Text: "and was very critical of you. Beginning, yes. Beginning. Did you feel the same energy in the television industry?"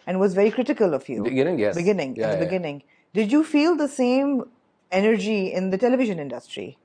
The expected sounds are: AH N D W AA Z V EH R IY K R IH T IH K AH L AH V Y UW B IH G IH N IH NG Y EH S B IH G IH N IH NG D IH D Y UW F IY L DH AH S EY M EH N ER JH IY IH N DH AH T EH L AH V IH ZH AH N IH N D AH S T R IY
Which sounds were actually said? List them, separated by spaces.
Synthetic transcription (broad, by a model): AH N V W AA Z V EH R IY K R IH T IH K AH L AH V Y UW B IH G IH N IH NG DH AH B IH G IH N IH NG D IH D Y UW F IY L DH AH S EY M EH N ER JH IY IH N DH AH T EH L AH V IH ZH AH N IH N D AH S T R IY